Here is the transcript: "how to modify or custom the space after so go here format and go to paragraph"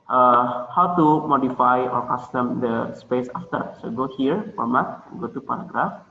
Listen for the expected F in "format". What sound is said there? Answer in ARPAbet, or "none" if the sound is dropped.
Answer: P